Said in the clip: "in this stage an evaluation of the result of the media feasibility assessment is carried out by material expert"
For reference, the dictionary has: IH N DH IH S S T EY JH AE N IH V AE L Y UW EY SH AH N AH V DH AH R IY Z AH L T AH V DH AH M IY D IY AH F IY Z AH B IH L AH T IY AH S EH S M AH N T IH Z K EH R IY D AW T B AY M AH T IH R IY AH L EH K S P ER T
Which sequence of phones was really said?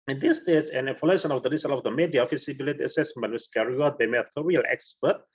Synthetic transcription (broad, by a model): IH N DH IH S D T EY Z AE N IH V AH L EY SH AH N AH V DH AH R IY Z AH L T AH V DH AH M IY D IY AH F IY S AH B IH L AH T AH S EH S M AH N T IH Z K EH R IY AW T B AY M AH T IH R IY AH L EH K S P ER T